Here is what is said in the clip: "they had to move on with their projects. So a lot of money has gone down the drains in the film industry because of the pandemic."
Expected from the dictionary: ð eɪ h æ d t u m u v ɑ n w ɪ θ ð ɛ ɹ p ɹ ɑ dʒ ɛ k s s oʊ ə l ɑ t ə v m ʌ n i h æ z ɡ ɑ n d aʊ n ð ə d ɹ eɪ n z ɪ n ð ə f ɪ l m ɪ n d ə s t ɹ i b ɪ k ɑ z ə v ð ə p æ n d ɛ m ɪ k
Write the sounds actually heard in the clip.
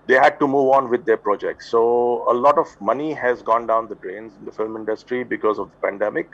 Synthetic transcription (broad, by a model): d eɪ h æ d t u m u v ɑ n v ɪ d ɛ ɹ p ɹ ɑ dʒ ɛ k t s oʊ ə l ɑ t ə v m ʌ n i h æ z ɡ ɑ n d aʊ n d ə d ɹ eɪ n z ɪ n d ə f ɪ l m ɪ n d ə s t ɹ i b ɪ k ɑ z ə v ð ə p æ n d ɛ m ɪ k